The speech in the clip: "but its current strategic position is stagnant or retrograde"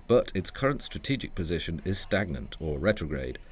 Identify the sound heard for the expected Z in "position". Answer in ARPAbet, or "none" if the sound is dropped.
Z